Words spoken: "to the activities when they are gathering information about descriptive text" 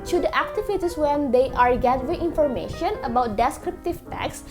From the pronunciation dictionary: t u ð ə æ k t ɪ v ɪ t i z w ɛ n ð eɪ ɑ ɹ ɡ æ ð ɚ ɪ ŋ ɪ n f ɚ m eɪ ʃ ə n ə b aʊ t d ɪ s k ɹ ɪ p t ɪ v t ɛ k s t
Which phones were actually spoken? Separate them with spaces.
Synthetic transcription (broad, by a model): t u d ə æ k t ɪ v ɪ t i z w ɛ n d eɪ ɑ ɹ ɡ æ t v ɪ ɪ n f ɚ m eɪ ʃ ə n ə b aʊ t d ɪ s k ɹ ɪ p t ɪ v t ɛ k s